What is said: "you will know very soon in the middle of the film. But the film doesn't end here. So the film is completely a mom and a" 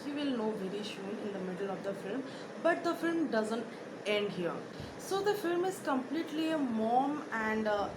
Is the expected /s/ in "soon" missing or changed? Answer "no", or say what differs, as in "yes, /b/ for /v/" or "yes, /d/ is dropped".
yes, /ʃ/ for /s/